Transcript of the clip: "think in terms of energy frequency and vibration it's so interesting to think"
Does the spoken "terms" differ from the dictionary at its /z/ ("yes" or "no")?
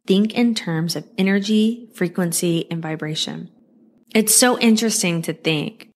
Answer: no